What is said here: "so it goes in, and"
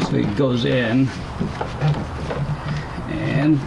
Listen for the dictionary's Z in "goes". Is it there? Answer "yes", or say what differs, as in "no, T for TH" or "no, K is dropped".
yes